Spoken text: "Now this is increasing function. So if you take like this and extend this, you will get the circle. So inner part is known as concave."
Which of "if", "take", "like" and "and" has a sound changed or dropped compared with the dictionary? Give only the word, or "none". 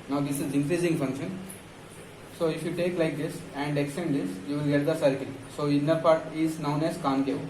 none